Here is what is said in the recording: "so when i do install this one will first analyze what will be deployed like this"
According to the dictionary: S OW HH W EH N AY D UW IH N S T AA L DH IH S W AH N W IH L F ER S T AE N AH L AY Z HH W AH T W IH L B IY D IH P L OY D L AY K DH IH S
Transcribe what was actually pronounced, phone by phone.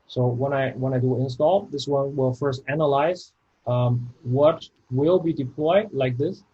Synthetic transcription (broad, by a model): S OW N W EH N AY D UW IH N S T AA L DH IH S W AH N W IH L F ER S T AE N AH L AY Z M W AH T W IH L B IY D IH P L OY D L AY K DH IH S